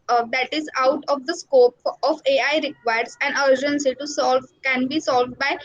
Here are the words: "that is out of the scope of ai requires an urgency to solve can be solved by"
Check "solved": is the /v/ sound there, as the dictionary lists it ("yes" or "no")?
yes